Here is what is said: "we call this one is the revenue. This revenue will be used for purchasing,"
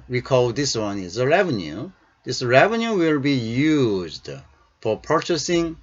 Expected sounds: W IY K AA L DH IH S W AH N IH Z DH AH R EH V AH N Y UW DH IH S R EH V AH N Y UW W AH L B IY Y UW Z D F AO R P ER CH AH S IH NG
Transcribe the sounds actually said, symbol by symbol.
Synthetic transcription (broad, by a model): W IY K AA L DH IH S W AH N IH Z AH R EH V AH N Y UW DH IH S R EH V AH N Y UW W AH L B IY Y UW Z D F AO R P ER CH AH S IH NG